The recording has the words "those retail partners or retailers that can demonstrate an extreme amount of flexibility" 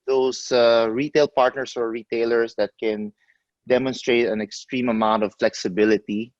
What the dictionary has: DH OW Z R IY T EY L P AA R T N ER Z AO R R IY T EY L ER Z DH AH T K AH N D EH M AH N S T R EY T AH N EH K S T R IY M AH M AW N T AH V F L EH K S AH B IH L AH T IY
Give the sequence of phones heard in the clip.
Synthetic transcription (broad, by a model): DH OW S R IY T EY L P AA R T N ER S AO R R IY T EY L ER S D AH T K AH N D EH M AH N S T R EY T AH N EH K S T R IY M AH M AW N T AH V F L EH K S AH B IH L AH T IY